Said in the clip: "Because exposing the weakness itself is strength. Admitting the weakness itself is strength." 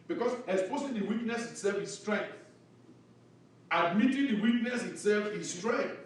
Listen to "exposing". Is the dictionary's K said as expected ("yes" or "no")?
no